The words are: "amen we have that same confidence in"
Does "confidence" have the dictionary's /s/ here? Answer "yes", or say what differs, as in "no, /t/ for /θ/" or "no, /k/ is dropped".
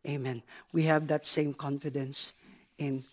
yes